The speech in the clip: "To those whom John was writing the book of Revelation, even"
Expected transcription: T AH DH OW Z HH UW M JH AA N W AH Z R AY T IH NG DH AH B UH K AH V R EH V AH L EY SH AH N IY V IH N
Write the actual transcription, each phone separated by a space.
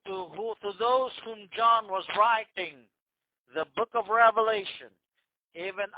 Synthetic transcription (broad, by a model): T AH DH OW Z HH UW M JH AA N W AH Z R AY T IH NG DH AH B UH K AH V R EH V AH L EY SH AH N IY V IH N